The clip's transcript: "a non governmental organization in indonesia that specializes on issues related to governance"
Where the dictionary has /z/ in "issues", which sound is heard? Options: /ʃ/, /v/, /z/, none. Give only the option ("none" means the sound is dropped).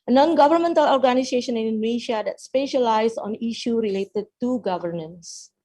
none